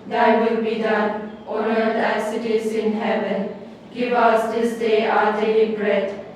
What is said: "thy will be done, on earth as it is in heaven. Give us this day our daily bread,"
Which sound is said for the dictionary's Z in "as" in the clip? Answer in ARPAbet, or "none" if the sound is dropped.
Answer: S